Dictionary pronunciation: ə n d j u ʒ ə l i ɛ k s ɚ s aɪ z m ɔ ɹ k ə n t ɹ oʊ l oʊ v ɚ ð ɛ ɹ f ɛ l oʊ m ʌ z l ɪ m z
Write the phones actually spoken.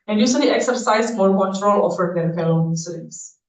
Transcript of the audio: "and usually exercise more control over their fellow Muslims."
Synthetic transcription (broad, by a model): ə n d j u s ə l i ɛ k s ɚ s aɪ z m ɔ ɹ k ə n t ɹ oʊ l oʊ f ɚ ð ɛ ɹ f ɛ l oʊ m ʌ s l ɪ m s